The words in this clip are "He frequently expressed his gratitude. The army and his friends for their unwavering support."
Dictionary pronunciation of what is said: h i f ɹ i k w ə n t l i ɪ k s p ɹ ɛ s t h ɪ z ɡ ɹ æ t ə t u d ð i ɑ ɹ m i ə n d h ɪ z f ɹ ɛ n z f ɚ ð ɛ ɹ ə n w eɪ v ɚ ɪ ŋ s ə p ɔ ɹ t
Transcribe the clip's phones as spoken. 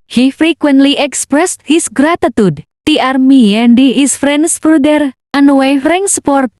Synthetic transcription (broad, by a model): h i f ɹ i k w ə n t l i ɪ k s p ɹ ɛ s t h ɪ s ɡ ɹ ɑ t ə t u d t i ɑ ɹ m i ə n d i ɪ s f ɹ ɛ n s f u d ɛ ɹ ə n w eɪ f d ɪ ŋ s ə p ɔ ɹ t